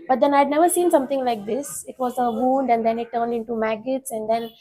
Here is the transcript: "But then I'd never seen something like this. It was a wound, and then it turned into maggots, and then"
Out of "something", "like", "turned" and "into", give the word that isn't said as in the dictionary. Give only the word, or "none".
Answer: something